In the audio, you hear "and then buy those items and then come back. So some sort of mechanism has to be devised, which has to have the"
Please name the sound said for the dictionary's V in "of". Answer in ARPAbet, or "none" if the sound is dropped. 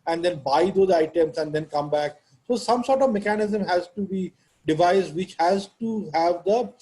V